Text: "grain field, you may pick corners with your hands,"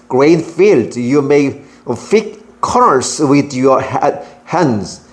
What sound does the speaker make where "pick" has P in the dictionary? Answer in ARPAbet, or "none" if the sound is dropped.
F